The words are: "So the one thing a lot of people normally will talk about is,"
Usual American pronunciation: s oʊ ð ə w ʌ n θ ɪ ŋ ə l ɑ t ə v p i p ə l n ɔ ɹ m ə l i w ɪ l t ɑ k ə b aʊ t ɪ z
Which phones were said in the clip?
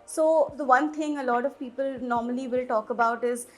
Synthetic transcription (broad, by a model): s oʊ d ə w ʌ n t ɪ ŋ ə l ɑ t ə v p i p ə l n ɔ ɹ m ə l i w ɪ l t ɑ k ə b aʊ t ɪ z